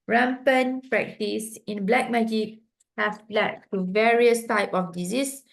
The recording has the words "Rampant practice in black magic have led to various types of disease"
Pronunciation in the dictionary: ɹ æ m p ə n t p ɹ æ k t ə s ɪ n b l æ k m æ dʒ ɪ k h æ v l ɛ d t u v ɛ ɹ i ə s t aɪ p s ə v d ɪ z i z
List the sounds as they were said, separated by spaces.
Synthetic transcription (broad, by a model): ɹ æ m p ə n p ɹ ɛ k t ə s ɪ n b l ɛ k m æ dʒ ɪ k h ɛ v l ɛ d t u v ɛ ɹ i ə s t aɪ p ə f d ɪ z i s